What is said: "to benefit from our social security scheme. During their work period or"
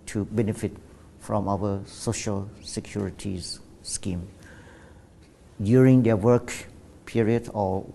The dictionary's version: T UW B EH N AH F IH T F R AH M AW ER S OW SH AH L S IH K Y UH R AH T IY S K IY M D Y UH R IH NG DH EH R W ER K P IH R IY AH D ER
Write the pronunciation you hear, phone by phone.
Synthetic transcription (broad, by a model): T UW B EH N AH F IH T F R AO M AW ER S OW SH AH L S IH K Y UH R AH T IY S K IY M D Y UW R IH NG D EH W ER K P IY R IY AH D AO